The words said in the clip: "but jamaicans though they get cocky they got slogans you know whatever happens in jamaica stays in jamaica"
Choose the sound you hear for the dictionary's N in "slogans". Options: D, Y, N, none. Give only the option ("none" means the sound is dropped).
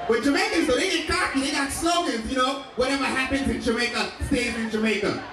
none